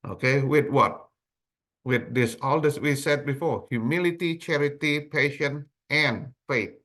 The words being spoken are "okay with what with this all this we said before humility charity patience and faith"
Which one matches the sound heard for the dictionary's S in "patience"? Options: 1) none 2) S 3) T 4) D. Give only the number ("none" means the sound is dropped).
1